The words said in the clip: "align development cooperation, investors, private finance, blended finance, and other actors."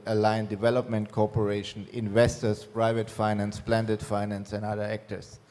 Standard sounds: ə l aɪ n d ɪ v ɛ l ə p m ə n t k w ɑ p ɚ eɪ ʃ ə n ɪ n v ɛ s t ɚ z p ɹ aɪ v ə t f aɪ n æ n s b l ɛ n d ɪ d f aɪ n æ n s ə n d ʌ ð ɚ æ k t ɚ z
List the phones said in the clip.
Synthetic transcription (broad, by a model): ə l aɪ n d ɪ v ɛ l ə p m ə n t k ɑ p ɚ eɪ ʃ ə n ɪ n v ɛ s t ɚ s p ɹ aɪ v ə t f aɪ n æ n s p l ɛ n d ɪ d f aɪ n æ n s ə n d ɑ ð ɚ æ k t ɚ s